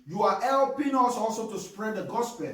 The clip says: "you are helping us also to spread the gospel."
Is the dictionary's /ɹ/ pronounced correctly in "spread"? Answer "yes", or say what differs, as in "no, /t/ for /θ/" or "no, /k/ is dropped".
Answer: yes